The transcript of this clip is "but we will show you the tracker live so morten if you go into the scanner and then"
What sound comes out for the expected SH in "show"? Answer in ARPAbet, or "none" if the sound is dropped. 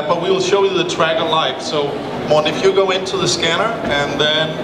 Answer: SH